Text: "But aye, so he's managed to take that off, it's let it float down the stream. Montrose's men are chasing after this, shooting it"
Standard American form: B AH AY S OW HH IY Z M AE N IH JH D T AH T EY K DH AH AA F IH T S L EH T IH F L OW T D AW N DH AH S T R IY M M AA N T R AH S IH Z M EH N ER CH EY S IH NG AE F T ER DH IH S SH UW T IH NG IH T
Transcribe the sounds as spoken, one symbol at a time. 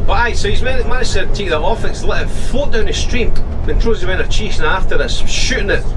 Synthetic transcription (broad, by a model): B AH AY S OW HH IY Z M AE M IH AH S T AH T EY K DH AH AA F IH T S L EH T IH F OW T D AW N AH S T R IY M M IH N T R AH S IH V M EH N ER CH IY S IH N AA F T ER DH IH S SH UW T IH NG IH T